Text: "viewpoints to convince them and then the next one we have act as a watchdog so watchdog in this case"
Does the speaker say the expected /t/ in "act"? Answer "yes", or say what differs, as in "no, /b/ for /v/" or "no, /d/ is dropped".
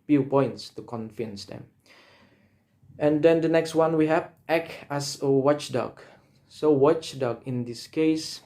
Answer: no, /t/ is dropped